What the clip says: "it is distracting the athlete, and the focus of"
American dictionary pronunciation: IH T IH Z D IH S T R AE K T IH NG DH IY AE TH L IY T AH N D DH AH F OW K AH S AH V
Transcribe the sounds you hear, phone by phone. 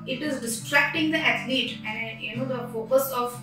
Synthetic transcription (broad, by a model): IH T IH Z D IH S T R AE K T IH NG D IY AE T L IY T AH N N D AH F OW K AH S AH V